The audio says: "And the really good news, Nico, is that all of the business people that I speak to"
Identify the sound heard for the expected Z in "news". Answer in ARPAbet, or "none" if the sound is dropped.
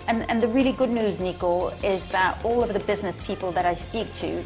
Z